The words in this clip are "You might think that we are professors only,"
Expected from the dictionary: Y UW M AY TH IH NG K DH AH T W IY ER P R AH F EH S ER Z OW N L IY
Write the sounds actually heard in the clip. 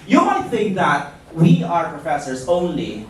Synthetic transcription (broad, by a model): Y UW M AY TH IH NG K DH AH T W IY ER P R AH F EH S ER Z OW N L IY